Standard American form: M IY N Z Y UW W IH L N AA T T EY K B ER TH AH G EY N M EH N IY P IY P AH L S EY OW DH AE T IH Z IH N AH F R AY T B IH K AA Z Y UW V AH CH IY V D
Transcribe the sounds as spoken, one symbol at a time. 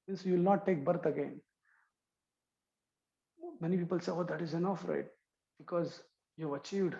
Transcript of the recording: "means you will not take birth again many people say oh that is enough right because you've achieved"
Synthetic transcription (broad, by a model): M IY N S Y UW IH L N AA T T EY K B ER T AH G EY N M EH N IY P IY P AH L S EY OW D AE T IH Z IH N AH F R AY T B IH K AA Z Y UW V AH CH IY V D